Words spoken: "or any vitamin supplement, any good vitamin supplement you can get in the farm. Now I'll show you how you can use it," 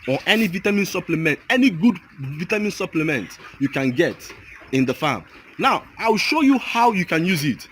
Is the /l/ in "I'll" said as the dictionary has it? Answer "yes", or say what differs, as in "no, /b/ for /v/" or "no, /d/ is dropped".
no, /w/ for /l/